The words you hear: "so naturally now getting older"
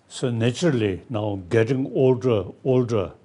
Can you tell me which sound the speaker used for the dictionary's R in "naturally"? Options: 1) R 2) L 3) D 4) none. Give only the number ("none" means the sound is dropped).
4